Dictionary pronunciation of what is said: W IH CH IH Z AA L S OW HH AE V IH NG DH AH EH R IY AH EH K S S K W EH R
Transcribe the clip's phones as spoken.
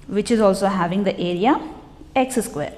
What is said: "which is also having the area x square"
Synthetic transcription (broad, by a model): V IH CH IH Z AA L S OW HH AE V IH NG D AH EH R IY AH EH K S S K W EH R